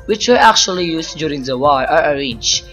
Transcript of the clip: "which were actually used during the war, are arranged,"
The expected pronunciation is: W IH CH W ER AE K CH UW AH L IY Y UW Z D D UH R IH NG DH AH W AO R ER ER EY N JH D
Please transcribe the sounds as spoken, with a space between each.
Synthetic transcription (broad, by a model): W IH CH W ER AE K CH UW AH L IY Y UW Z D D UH R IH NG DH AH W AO L ER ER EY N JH